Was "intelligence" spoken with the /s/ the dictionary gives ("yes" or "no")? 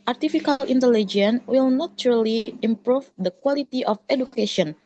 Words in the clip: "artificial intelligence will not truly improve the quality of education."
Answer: no